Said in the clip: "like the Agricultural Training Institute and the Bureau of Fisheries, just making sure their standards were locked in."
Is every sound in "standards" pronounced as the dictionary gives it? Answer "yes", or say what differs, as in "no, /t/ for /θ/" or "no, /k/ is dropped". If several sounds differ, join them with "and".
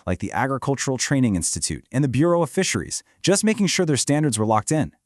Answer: yes